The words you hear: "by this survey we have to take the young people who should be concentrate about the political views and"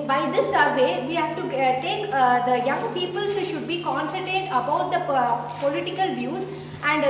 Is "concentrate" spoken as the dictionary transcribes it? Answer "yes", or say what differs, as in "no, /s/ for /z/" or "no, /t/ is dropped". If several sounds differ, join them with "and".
no, /n/ is dropped and /ɹ/ is dropped